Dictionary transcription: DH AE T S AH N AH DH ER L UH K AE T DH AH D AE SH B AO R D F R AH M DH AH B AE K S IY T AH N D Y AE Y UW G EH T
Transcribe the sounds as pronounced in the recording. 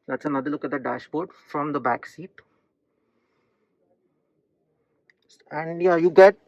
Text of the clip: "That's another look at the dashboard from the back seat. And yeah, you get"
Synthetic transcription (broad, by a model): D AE T S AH N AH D ER L UH K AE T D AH D AE SH B AO R D F R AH M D AH B AE K S IY T AH N D Y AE Y UW G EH T